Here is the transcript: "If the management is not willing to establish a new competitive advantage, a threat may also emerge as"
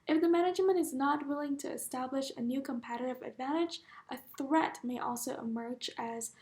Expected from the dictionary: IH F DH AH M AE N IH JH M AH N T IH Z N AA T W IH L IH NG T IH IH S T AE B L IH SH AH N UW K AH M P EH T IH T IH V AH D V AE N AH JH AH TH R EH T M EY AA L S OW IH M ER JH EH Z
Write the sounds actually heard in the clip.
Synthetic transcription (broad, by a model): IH F DH AH M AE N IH JH M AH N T IH Z N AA T W IH L IH NG T IH IH S T AE B L IH SH AH N UW K AH M P EH T IH T IH V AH D V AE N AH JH AH TH R EH T M EY AA L S OW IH M ER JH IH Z